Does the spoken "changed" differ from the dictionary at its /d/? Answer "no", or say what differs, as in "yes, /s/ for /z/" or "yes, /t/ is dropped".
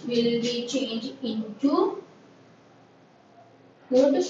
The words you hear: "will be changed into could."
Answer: yes, /d/ is dropped